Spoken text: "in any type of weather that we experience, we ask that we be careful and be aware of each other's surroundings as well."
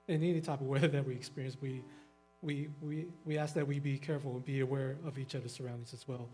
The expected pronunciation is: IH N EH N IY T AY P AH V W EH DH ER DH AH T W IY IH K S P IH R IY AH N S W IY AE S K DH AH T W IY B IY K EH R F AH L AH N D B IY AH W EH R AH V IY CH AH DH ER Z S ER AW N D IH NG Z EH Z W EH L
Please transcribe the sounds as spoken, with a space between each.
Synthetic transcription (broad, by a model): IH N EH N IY T AY P AH V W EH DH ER DH AH T W IY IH K S P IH R IY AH N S W IY AE S K DH AH T W IY B IY K EH R F L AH N B IY AH W EH R AH V IY CH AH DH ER S ER AW N D IH NG Z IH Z W EH L